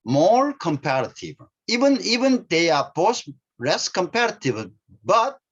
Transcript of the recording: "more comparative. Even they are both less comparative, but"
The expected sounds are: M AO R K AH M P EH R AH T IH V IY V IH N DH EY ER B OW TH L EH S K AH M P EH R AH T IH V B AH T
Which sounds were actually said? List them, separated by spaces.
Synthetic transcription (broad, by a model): M AO R K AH M P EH R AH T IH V IY V IH N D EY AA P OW S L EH S K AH M P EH R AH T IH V B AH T